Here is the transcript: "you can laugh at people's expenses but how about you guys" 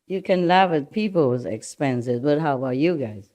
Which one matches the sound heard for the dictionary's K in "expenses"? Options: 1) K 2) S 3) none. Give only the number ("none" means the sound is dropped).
1